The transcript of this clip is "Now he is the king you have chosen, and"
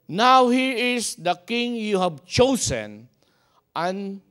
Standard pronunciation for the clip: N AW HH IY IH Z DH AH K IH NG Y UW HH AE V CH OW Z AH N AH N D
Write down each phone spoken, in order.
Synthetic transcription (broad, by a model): N AW HH IY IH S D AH K IH NG Y UW HH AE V CH OW S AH N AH N